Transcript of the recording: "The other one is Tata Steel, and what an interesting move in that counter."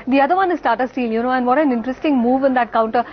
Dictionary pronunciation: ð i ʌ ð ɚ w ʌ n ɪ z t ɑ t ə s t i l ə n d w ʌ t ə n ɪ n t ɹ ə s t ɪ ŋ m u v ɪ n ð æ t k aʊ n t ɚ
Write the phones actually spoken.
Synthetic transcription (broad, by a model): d i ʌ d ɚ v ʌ n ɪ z t ɑ t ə s t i l ə n d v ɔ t ə n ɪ n t ɹ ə s t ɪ ŋ m u v ɪ n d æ t k aʊ n t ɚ